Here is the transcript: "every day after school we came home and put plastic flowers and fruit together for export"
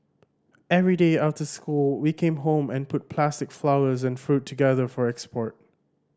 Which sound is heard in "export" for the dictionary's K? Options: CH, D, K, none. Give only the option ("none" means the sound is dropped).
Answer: K